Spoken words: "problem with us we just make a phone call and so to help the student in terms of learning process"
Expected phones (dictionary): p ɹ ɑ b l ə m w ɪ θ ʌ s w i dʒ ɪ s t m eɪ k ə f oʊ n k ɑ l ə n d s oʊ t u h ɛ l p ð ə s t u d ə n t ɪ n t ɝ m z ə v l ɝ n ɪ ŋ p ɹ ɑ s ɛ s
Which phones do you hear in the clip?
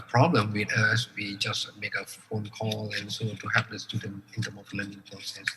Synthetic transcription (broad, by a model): p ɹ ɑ b l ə m w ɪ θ ʌ s w i dʒ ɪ s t m eɪ k ə f oʊ n k ɑ l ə n s oʊ t u h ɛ p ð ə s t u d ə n ɪ n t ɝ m ə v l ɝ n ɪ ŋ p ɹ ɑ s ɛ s